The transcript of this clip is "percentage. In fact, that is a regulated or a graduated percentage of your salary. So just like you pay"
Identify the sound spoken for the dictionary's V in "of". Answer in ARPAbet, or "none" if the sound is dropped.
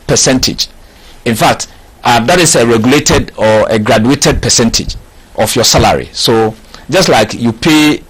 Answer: F